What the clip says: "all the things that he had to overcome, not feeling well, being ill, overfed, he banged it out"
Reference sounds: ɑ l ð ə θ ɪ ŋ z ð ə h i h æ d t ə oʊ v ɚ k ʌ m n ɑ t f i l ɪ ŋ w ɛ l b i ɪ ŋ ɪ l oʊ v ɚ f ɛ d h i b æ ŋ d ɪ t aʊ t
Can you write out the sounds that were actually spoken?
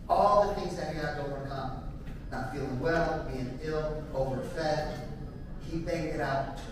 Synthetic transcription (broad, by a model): ɑ l ð ə θ ɪ ŋ z ð ə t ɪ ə oʊ v ɚ k ʌ m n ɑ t f i l ɪ ŋ w ɛ l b i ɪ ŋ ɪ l oʊ v ɚ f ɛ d h i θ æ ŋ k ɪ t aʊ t